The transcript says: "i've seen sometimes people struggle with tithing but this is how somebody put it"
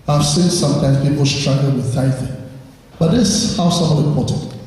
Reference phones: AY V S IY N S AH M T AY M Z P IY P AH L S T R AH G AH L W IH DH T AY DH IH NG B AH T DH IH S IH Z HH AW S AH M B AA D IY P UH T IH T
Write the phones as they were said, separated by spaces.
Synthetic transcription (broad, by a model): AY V S IY N S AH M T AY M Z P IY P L S T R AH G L W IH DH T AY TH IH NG B AH T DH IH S HH AW S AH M AA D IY P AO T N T